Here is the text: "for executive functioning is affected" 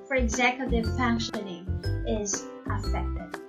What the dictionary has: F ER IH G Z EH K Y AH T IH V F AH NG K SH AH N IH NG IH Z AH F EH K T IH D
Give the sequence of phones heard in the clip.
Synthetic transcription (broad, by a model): F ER IH G Z EH K Y AH T IH V F AH NG K SH AH N IH NG IH Z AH F EH K T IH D